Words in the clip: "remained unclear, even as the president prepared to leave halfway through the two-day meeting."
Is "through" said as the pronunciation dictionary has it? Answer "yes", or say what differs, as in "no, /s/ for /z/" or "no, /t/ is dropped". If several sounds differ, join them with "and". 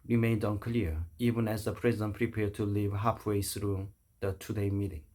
no, /s/ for /θ/